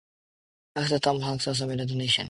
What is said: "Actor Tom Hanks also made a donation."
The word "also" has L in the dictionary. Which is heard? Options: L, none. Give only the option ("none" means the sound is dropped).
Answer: none